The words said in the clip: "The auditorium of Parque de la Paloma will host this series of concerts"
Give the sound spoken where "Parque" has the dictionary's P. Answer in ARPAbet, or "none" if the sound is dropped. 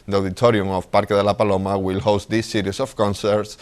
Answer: P